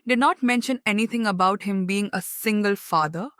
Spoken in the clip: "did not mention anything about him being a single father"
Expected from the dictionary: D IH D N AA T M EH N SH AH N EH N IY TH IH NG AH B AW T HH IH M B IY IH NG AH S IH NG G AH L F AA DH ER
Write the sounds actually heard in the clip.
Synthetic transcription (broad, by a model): D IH D N AA T M EH N SH AH N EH N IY T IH NG AH B AW T HH IH M B IY IH NG AH S IH NG G AH L F AA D ER